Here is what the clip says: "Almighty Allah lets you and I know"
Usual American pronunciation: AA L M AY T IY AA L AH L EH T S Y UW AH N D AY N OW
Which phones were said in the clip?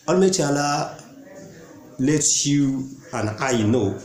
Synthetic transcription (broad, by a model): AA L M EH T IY AA L AH L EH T Y UW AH N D AY N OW